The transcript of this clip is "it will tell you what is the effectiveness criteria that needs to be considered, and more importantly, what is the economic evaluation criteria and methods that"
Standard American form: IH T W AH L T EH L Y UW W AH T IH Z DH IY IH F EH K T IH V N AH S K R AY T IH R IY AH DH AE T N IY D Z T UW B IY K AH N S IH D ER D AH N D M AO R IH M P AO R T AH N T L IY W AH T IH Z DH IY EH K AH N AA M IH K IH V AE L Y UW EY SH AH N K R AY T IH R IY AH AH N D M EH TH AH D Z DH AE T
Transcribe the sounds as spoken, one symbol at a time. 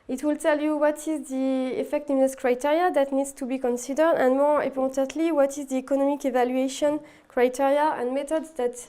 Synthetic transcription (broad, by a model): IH T W AH L T EH L Y UW W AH T IH Z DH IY IH F EH K T IH V N AH S K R AY T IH R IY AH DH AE T N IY D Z T UW B IY K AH N S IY D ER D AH N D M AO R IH P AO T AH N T L IY W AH T IH Z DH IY EH K AH N AA M IH K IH V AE L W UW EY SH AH N K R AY T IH R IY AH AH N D M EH T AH D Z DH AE T